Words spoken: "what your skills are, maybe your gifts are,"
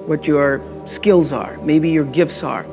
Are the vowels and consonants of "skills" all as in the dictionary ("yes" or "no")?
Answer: yes